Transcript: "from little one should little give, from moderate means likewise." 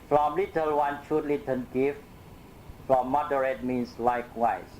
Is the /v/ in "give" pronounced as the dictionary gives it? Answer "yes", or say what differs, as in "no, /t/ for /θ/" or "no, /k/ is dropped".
no, /f/ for /v/